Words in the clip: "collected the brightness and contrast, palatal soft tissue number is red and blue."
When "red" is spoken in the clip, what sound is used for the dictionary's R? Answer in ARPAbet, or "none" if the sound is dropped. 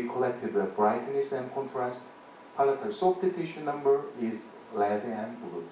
L